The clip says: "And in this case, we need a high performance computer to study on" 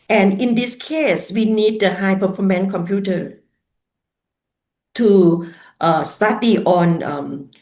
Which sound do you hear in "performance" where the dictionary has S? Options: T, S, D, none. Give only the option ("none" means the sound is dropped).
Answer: none